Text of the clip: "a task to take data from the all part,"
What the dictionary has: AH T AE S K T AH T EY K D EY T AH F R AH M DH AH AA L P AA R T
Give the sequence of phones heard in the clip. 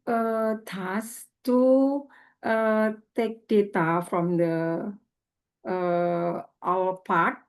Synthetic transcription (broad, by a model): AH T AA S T T AH T EY K D EY T AH F R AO M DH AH AA L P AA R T